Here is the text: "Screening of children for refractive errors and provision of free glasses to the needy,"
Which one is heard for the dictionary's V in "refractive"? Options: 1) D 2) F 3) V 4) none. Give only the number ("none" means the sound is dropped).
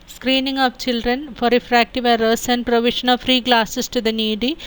3